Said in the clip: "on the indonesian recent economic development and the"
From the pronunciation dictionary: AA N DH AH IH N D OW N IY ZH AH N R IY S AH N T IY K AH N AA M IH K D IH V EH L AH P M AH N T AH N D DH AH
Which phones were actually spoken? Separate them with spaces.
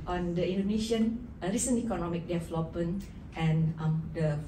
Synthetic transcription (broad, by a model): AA N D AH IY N D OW N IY SH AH N R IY S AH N IY K AH N AA M IH K D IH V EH L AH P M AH N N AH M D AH